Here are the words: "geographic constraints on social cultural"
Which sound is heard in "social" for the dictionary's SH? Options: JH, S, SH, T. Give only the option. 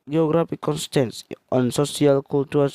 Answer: S